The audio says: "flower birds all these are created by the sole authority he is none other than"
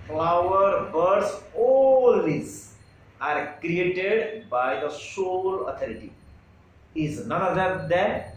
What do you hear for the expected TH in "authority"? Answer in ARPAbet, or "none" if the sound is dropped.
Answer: T